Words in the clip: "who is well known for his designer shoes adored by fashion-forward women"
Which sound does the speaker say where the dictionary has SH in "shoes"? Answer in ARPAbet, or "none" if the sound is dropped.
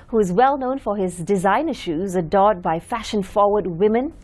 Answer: SH